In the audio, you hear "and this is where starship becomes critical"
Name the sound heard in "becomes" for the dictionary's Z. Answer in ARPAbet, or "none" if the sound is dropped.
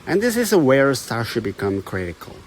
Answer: none